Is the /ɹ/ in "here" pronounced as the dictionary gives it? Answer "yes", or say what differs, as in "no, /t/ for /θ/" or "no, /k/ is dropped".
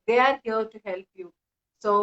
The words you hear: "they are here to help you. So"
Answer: no, /l/ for /ɹ/